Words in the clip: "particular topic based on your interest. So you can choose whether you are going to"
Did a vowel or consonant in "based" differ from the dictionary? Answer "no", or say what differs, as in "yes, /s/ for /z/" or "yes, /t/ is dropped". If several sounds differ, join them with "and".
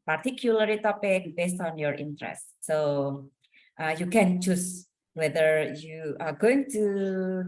no